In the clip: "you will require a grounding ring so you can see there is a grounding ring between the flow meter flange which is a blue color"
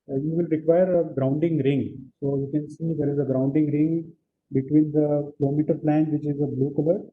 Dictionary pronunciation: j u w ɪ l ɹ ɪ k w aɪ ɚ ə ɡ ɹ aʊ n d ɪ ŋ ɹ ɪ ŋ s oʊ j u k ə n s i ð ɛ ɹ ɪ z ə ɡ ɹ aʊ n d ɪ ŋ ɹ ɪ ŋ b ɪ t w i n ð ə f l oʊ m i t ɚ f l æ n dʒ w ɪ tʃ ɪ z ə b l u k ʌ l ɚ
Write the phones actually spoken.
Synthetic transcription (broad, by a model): j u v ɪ l ɹ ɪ k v aɪ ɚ ə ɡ ɹ aʊ n d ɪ ŋ ɹ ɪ ŋ s oʊ j u k ə n s i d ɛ ɹ ɪ z ə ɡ ɹ aʊ n d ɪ ŋ ɹ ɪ ŋ b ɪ t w i n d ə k l oʊ m i t ɚ p l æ n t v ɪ tʃ ɪ z ə b l u k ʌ l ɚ